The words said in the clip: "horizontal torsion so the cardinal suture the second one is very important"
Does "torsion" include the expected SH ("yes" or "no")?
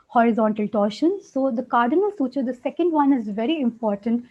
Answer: yes